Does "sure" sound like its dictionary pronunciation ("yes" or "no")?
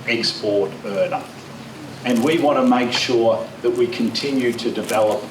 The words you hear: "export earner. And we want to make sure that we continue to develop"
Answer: yes